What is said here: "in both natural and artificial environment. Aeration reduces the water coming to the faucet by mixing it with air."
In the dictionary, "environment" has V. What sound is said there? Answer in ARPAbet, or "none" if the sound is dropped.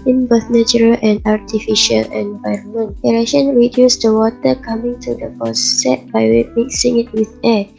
V